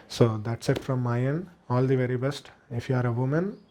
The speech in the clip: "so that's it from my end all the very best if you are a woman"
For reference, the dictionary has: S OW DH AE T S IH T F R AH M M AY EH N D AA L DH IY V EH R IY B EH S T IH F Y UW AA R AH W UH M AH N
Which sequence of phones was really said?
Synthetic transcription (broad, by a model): S OW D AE T S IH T F R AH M M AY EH N AA L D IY V EH R IY B EH S T IH F Y UW AA R AH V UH M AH N